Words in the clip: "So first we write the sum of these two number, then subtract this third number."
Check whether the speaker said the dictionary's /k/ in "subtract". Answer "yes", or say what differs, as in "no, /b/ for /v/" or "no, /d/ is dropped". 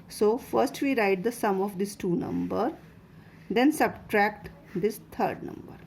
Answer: yes